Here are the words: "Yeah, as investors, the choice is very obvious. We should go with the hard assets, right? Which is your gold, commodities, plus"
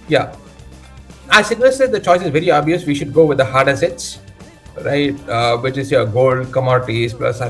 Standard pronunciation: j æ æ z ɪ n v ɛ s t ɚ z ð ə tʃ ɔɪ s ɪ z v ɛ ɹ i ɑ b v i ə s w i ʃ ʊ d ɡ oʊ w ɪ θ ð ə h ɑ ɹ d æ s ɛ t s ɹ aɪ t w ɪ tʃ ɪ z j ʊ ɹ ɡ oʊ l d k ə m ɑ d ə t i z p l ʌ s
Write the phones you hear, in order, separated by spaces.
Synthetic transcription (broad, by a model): j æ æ s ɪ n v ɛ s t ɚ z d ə tʃ ɔɪ s ɪ z v ɛ ɹ i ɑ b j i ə s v i ʃ ʊ d ɡ oʊ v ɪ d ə h ɑ ɹ d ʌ s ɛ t s ɹ aɪ t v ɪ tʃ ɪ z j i ɡ oʊ l d k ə m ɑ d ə t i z p l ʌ s